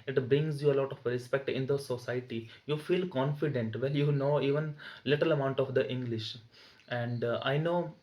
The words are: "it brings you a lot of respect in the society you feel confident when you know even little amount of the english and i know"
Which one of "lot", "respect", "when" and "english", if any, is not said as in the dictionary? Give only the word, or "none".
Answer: when